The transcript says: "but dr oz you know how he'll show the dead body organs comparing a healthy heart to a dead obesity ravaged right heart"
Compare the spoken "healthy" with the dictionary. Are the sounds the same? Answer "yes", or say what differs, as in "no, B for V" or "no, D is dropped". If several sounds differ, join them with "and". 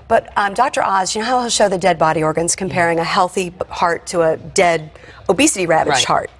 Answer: yes